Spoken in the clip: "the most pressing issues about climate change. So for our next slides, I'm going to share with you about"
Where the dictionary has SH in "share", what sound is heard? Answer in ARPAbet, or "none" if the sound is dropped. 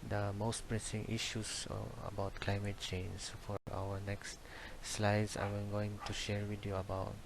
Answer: SH